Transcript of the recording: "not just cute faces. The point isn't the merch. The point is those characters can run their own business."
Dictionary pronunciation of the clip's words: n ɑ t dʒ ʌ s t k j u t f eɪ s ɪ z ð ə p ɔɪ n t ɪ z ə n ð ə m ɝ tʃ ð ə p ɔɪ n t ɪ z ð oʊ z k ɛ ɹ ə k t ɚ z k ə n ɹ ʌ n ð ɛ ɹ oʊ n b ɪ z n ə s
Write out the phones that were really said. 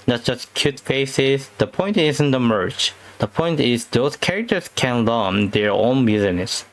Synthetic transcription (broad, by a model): n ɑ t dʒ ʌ s t k j u t f eɪ s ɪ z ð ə p ɔɪ n t ɪ z ə n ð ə m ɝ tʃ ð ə p ɔɪ n t ɪ z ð oʊ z k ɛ ɹ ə k t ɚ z k ə n l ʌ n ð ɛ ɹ oʊ n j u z n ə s